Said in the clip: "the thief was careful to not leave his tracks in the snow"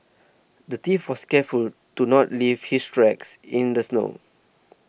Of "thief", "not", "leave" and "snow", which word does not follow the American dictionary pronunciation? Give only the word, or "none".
thief